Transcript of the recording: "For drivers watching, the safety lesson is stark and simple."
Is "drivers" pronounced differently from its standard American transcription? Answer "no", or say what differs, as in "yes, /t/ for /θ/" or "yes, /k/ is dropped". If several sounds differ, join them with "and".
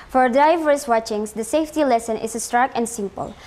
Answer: yes, /ɹ/ is dropped and /s/ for /z/